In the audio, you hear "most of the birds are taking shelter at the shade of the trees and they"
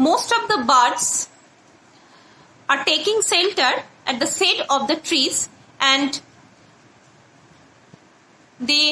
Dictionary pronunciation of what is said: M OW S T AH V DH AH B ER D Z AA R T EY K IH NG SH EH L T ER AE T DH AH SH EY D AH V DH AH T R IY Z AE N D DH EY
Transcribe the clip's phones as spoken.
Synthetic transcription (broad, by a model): M OW S T AH V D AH B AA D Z AA R T EY K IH NG S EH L T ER AE T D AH S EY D AH V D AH T R IY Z AE N D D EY